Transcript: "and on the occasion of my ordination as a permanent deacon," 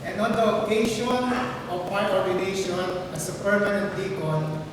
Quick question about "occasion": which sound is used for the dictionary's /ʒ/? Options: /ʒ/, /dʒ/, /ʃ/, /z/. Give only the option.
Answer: /ʃ/